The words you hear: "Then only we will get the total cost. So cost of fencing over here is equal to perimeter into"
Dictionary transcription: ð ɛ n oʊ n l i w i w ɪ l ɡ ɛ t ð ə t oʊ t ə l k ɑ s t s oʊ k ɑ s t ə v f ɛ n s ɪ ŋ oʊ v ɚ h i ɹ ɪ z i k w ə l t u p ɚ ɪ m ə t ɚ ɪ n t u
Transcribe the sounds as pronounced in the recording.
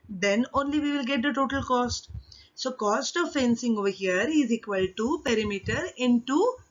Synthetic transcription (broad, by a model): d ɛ n oʊ n l i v i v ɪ l ɡ ɛ t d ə t oʊ t ə l k ɑ s t s oʊ k ɑ s t ə v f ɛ n s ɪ ŋ oʊ v ɚ h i ɹ ɪ z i k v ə l t u p ɚ ɪ m ə t ɚ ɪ n t u